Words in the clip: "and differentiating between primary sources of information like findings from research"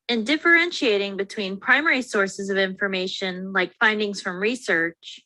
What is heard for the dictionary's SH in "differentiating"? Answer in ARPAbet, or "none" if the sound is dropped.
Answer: SH